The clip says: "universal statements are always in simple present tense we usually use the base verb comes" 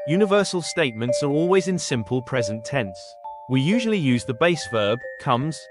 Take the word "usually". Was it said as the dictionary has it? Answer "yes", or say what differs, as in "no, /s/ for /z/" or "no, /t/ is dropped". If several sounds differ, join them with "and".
yes